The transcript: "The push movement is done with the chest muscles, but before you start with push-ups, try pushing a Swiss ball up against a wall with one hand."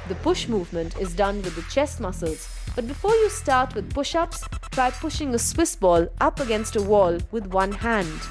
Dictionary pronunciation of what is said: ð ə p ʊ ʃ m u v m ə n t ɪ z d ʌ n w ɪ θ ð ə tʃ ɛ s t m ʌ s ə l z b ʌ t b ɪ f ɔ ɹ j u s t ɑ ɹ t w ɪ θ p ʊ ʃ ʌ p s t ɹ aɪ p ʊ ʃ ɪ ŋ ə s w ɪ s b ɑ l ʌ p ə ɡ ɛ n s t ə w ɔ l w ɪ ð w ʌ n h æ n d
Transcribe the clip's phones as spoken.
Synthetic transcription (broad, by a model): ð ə p ʊ ʃ m u v m ə n t ɪ z d ʌ n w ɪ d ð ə tʃ ɛ s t m ʌ s ə l z b ʌ t b ɪ f ɔ ɹ j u s t ɑ ɹ t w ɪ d p ʊ ʃ ʌ p s t ɹ aɪ p ʊ ʃ ɪ ŋ ə s w ɪ s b ɑ l ʌ p ə ɡ ɛ n s t ə w ɔ l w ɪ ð w ʌ n h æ n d